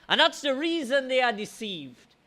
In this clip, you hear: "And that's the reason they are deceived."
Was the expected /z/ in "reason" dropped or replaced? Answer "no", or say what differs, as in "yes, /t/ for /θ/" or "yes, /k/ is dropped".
no